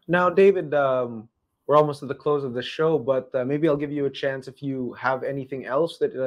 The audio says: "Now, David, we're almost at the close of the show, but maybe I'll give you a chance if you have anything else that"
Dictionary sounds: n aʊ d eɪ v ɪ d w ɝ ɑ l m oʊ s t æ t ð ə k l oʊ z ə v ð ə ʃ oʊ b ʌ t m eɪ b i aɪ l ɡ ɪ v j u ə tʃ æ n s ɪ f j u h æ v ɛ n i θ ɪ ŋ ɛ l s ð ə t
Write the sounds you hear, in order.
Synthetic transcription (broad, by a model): n aʊ d eɪ v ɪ d w ɝ ɑ l m oʊ s t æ t ð ə k l oʊ z ə v ð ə ʃ oʊ b ʌ t m eɪ b i aɪ l ɡ ɪ v j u ə tʃ æ n s ɪ f j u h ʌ v ɛ n i θ ɪ ŋ ɛ l s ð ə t